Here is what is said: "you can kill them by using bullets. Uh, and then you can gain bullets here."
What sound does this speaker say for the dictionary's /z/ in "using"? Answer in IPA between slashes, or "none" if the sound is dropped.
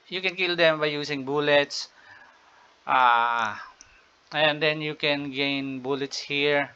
/s/